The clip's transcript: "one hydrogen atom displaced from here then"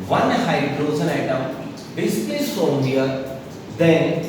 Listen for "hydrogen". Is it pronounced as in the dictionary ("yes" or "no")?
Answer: no